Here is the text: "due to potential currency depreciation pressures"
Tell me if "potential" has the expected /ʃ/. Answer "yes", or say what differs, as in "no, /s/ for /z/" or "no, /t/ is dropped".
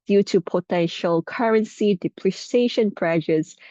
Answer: yes